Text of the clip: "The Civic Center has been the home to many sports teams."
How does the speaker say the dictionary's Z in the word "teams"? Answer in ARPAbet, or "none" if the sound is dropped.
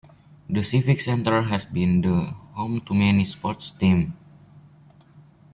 none